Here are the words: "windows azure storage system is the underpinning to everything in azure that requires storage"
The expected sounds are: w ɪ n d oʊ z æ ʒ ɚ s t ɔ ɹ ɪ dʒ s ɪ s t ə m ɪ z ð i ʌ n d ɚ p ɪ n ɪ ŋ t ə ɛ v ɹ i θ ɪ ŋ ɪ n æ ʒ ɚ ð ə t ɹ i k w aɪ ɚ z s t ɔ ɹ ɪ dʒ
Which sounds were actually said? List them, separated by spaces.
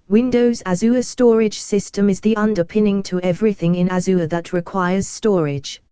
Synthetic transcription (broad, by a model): w ɪ n d oʊ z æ z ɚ s t ɔ ɹ ɪ dʒ s ɪ s t ə m ɪ z ð i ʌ n d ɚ p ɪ n ɪ ŋ t ə ɛ v ɹ i θ ɪ ŋ ɪ n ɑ z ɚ ð ə t ɹ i k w aɪ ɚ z s t ɔ ɹ ɪ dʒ